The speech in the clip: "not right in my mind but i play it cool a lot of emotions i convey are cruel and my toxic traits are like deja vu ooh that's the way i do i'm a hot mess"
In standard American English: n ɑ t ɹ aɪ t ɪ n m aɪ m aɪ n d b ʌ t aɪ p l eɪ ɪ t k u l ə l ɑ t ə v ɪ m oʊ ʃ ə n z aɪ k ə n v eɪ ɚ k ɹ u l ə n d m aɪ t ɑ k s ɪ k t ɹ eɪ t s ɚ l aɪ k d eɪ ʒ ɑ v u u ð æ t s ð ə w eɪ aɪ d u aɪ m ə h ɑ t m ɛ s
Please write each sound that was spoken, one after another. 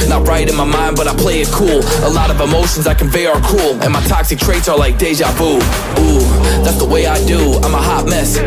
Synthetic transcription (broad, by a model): n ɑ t ɹ aɪ t ɪ n m aɪ m aɪ n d b ʌ t aɪ p l eɪ ɪ t k u l ə l ɑ t ə v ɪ m oʊ ʃ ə n z aɪ k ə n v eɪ ɚ k u l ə n m aɪ t ɑ k s ɪ k t ɹ eɪ t s ɚ l aɪ k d eɪ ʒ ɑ b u u ð æ t s ð ə w eɪ aɪ d u aɪ m ə h ɑ t m ɛ s